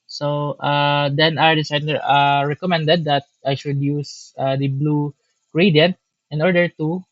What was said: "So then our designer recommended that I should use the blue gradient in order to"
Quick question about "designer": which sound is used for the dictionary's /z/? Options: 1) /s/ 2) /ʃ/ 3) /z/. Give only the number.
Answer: 1